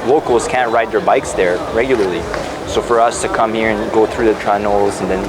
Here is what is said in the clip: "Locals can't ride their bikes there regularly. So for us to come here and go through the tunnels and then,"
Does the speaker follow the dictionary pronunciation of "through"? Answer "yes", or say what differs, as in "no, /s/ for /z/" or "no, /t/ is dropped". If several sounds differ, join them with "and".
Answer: yes